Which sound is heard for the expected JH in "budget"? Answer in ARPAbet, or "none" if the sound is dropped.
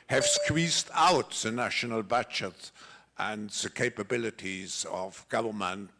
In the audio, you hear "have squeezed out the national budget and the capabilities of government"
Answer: CH